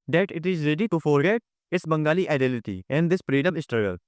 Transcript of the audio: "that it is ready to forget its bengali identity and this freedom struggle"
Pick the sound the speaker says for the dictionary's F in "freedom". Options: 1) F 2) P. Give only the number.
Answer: 2